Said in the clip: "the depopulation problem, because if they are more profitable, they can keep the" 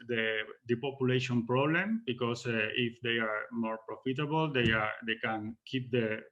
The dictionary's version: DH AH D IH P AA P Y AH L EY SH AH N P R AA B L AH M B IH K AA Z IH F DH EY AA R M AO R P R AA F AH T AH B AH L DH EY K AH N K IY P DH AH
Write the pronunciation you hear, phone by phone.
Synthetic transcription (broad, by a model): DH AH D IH P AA P Y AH L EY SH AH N P R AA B L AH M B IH K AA S IH F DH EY AA R M AO R P R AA F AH T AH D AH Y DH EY K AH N K IY P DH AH